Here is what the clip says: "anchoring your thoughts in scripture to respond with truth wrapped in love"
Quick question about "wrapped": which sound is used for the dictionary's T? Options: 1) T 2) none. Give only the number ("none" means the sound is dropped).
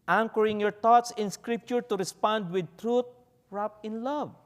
2